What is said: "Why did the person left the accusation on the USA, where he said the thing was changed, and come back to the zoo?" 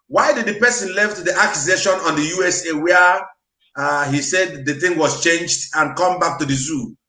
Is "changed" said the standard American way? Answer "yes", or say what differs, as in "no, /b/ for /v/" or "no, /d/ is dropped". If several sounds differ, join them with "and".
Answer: yes